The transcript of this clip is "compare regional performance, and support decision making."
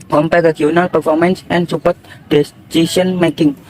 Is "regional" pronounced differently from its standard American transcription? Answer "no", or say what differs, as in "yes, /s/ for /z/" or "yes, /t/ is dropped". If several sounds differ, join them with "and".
yes, /dʒ/ is dropped